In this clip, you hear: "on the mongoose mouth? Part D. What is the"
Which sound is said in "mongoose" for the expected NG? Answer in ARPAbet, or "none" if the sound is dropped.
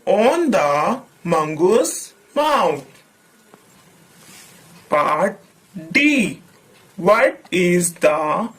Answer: NG